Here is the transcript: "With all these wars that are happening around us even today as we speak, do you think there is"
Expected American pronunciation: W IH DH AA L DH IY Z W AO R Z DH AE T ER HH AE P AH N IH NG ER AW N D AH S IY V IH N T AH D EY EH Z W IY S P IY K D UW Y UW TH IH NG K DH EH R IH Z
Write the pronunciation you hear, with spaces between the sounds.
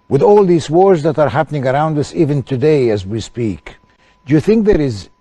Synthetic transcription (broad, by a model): W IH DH AA L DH IY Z W AO R Z DH AE T ER HH AE P AH N IH NG ER AW N D AH S IY V IH N T AH D EY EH Z W IY S P IY K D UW Y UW TH IH NG K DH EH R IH Z